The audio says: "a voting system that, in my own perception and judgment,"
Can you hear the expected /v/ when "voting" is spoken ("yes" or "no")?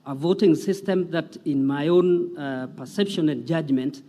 yes